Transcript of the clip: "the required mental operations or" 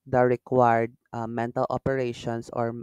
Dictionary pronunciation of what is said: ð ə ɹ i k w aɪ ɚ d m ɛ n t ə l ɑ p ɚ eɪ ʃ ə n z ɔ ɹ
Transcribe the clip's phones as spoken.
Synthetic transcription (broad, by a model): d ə ɹ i k w aɪ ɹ d m ɛ n t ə l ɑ p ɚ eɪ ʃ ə n s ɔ ɹ